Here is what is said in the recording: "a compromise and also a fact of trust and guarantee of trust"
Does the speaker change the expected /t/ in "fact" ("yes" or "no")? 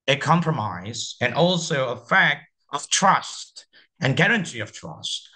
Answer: no